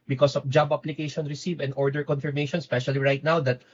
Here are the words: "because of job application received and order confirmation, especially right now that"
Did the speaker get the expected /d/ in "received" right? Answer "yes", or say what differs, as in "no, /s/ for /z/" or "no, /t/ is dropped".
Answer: no, /d/ is dropped